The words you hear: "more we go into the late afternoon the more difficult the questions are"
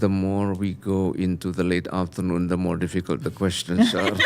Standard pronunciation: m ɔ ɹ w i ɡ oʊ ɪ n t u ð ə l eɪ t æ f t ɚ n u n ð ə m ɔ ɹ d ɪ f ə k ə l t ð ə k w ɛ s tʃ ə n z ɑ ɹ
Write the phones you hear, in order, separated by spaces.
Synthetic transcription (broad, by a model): m ɔ ɹ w i ɡ oʊ ɪ n t u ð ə l eɪ t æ f t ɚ n u n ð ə m ɔ ɹ d ɪ f ə k ə l t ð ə k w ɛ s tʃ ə n s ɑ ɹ